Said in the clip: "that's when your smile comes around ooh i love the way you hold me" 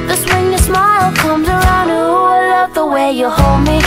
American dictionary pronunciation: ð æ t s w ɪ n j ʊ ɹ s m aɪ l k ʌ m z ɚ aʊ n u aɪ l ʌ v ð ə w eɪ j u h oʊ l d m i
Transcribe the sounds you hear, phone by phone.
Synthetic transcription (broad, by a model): ð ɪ s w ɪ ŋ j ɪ s m aɪ l k ʌ m z ɚ aʊ n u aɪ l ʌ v ð ə w eɪ j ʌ h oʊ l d m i